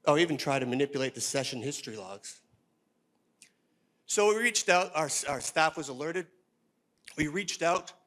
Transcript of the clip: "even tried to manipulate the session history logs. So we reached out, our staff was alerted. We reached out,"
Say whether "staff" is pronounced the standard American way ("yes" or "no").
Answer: yes